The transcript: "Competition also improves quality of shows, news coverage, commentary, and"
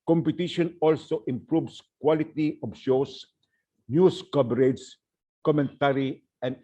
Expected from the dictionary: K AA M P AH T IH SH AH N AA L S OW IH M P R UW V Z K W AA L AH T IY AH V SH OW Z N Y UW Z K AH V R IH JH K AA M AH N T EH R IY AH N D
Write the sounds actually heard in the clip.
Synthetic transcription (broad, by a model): K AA M P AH T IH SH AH N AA L S OW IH M P R UW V S K W AA L AH T IY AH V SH OW S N Y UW S K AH B R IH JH K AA M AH N T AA R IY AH N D